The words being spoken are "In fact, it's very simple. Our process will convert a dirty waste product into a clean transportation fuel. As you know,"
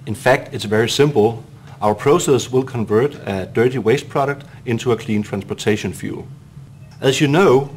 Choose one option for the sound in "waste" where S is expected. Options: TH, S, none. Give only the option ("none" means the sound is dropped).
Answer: S